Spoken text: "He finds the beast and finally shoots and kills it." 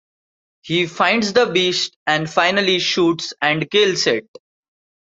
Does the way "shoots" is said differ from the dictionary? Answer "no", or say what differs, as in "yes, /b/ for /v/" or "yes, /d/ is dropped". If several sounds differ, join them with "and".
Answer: no